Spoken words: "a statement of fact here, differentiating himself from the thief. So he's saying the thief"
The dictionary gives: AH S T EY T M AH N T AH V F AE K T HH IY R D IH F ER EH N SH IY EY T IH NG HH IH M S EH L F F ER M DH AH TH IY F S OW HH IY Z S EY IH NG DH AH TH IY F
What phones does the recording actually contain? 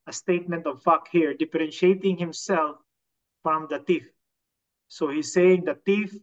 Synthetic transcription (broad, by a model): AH S T EY T M AH N T AH V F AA K HH IY R D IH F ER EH N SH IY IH T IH NG HH IH M S EH L F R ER M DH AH T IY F S OW HH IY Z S EY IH NG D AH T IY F